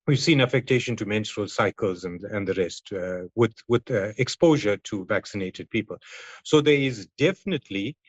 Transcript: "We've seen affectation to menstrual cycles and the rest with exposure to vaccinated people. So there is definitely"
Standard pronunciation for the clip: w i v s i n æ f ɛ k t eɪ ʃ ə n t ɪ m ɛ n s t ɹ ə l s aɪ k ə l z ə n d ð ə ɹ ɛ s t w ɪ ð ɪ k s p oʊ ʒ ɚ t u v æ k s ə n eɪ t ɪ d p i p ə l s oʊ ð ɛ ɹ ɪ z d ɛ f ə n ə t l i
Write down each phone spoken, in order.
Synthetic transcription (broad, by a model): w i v s i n æ f ɛ k t eɪ ʃ ə n t ɪ m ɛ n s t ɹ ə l s aɪ k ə l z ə n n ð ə ɹ ɛ s t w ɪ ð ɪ k s p oʊ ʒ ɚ t u v æ k s ə n eɪ t ɪ d p i p ə l s oʊ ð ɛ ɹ ɪ z d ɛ f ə n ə t l i